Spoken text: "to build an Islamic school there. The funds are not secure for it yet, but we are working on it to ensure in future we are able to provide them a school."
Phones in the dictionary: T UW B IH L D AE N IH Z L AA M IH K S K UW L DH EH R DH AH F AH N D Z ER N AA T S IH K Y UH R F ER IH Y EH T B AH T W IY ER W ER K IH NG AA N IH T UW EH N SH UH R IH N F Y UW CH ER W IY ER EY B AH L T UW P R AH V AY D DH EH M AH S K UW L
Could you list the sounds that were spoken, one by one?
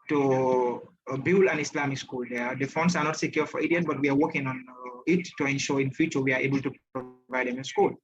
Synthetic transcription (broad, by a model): T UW B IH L AE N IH S L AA M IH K S K UW L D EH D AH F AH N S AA N AA T S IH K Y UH F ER IH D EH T B AH T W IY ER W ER K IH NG AA N IH T UW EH N SH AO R IH N F Y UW CH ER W IY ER EY B AH L T UW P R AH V AY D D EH M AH S K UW L